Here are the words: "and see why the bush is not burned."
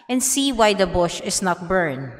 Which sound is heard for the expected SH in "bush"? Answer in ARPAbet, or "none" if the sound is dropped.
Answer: SH